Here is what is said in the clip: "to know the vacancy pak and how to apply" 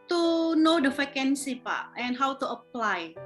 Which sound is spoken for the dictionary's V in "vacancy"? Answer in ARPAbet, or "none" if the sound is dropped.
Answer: F